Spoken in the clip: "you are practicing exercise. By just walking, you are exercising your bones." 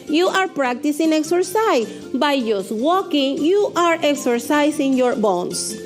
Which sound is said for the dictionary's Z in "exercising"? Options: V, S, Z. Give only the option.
S